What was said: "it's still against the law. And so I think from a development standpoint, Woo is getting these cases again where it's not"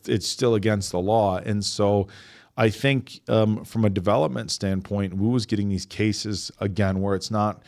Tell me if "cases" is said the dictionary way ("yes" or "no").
yes